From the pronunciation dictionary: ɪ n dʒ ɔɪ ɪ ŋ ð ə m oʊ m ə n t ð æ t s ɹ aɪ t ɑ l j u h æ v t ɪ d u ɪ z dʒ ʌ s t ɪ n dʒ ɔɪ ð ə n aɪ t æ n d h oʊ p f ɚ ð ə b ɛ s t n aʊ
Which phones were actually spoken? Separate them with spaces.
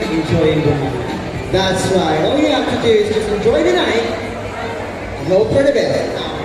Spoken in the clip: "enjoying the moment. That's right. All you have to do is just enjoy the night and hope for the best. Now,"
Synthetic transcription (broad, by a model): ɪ n dʒ ɔɪ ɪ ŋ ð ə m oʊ ə t ð æ t s w aɪ ɑ l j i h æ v t ɪ d u ɪ z dʒ ʌ s t ɪ n dʒ ɔɪ ð ə n aɪ t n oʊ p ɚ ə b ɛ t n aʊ